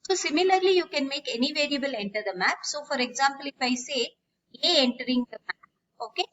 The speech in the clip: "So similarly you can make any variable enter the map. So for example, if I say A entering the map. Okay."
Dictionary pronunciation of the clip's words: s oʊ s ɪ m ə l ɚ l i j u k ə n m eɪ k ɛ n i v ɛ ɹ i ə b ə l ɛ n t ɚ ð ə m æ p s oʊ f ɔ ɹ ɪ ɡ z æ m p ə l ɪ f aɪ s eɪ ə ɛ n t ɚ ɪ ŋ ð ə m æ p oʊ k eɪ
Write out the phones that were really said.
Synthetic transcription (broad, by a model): s oʊ s ɪ m ə l ɚ l i j u k ə n m eɪ k ɛ n i v ɛ ɹ i ə b ə l ɛ n t ɚ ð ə m æ p s oʊ f ɔ ɹ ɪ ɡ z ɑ m p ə l ɪ f aɪ s eɪ ə ɛ n t ɚ ɪ ŋ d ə m æ p oʊ k eɪ